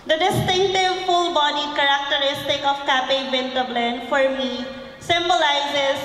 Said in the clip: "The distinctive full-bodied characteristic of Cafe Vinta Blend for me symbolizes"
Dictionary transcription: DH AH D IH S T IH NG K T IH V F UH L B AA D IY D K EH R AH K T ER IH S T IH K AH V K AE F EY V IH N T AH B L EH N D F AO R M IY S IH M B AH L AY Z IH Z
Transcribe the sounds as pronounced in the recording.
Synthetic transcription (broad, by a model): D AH D IH S T IH NG K T IH V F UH L B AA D IY K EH R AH K T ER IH S T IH K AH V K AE P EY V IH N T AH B L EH N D F AO R M IY S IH M B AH L AY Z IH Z